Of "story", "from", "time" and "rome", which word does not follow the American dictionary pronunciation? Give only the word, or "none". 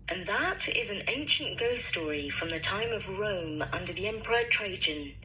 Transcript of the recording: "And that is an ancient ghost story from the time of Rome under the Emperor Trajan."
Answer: none